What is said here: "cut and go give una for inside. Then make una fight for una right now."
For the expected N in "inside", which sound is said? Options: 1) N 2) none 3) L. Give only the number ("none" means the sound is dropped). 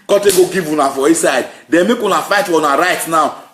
2